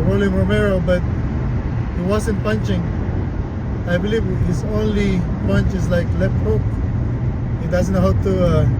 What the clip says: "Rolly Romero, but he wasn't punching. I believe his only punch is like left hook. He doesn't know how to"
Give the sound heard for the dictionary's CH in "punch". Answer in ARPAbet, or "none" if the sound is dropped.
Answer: CH